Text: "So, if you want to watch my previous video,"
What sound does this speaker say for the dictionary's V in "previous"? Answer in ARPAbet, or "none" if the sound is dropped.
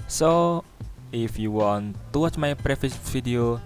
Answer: F